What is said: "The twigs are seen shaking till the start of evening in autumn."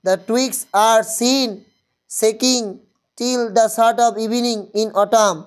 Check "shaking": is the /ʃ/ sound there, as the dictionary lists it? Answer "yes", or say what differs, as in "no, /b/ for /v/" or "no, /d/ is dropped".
no, /s/ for /ʃ/